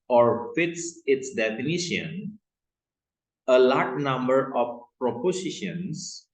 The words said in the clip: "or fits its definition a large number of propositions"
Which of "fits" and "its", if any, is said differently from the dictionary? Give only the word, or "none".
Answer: none